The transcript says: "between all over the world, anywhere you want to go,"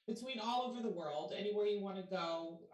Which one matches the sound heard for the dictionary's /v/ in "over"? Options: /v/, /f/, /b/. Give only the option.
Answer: /v/